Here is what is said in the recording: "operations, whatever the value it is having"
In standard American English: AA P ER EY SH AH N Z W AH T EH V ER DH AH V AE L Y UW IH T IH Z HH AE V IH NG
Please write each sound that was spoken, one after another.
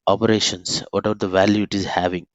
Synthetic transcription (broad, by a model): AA P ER EY SH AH N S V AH T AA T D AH V AE L Y UW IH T IH Z HH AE V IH NG